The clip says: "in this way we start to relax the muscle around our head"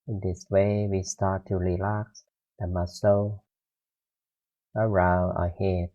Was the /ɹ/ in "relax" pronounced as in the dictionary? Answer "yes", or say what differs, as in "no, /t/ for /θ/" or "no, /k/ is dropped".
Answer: yes